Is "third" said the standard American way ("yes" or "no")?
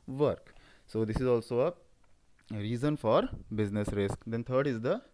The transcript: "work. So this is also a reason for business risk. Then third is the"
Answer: no